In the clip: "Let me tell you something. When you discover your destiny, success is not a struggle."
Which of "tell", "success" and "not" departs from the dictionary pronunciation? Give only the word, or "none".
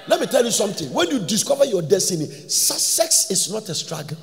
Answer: success